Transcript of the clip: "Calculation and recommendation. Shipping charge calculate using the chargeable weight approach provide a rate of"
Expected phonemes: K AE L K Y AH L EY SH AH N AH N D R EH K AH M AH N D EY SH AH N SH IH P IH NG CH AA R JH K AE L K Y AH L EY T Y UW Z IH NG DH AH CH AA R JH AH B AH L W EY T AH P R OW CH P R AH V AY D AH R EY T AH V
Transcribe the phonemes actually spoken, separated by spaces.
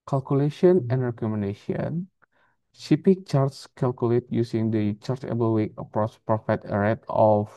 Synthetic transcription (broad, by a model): K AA L K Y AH L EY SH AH N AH N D R EH K AH M AH N D EY SH AH N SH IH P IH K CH AA R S K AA L K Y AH L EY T Y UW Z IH NG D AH CH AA R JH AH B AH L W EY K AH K R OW S P R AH F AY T AH R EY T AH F